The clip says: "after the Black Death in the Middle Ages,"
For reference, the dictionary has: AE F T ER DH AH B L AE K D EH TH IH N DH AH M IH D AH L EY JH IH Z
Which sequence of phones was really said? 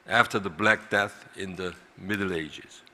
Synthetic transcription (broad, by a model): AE F T ER DH AH B L AE K D EH TH IH N DH AH M IH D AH L EY JH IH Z